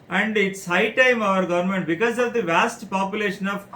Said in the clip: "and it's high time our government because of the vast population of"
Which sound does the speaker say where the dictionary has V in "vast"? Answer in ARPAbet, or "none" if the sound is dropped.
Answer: V